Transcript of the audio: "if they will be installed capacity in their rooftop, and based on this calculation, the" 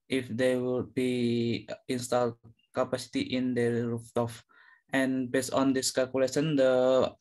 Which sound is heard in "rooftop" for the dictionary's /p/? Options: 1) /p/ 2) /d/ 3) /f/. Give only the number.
3